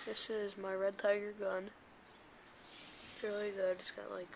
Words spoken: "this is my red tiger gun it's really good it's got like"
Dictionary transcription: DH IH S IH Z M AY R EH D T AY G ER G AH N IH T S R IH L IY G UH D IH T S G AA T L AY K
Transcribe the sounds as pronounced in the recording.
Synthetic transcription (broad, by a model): DH IH S IH Z M AY R EH D T AY G ER G AH N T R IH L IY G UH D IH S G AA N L AY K